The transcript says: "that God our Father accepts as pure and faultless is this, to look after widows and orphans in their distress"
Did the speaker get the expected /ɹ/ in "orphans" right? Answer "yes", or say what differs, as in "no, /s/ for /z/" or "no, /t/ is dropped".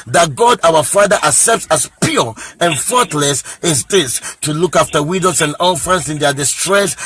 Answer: no, /l/ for /ɹ/